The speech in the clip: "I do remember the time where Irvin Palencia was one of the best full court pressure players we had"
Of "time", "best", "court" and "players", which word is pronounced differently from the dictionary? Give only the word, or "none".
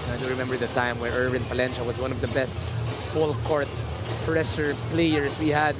players